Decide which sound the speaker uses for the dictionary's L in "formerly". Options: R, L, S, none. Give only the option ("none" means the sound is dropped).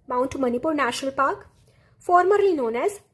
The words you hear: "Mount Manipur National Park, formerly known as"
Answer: none